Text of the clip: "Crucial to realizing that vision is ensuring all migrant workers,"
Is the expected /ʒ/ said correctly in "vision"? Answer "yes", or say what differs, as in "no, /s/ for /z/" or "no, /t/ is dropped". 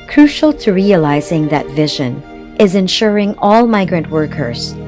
yes